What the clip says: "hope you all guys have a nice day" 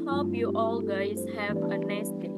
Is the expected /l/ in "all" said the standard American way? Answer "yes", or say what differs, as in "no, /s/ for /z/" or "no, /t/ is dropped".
yes